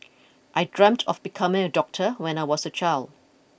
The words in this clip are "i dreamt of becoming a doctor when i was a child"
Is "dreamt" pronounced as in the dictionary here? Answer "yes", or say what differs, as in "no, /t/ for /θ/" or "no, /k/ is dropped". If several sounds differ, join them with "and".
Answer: yes